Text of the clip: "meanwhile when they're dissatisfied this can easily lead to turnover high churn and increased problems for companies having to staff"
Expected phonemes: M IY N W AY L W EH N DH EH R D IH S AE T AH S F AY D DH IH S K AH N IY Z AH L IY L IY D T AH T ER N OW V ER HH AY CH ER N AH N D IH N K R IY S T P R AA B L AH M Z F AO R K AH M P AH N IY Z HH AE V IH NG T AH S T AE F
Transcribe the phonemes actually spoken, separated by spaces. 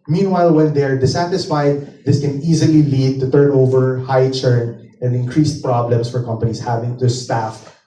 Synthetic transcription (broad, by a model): M IY N W AY L W EH N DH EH R D IH S AE T AH S F AY D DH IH S K AH N IY Z AH L IY L IY D T AH T ER N OW V ER HH AY CH ER N AH N D IH N K R IY S T P R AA B L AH M S F AO R K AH M P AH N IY S HH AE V IH NG T AH S T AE F